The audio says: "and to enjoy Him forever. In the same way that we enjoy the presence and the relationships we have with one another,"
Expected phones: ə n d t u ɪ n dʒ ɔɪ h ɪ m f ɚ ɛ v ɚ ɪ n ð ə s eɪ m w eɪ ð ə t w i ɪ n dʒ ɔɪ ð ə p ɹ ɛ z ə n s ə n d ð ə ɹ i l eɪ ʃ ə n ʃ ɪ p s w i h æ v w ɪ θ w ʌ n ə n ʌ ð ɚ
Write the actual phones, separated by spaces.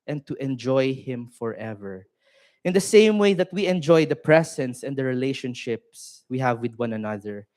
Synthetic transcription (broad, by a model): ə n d t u ɪ n dʒ ɔɪ h ɪ m f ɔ ɛ v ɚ ɪ n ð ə s eɪ m w eɪ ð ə t w i ɪ n dʒ ɔɪ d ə p ɹ ɛ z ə n s ə n d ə ɹ i l eɪ ʃ ə n ʃ ɪ p s w i h æ v w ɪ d w ʌ n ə n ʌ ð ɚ